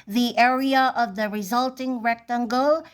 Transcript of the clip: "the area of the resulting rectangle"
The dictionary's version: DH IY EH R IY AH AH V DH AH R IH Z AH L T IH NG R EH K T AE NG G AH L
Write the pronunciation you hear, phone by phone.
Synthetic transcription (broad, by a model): DH IY EH R IY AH AH V DH AH R IH Z AH L T IH NG R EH K T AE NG G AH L